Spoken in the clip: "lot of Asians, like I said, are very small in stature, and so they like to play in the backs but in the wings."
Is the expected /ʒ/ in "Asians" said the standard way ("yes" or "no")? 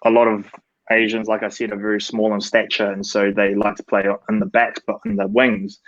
yes